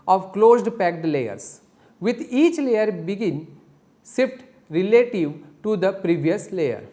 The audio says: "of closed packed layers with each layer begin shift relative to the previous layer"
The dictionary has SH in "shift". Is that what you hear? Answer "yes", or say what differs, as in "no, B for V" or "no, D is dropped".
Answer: no, S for SH